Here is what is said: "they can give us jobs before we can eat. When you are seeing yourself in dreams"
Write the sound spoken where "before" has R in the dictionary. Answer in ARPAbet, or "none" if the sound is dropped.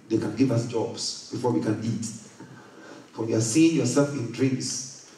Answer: R